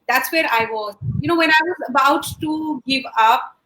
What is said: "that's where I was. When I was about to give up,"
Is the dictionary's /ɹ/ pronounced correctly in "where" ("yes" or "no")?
yes